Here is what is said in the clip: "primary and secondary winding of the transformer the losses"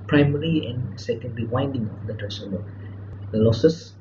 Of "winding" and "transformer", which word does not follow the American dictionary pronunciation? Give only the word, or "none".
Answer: transformer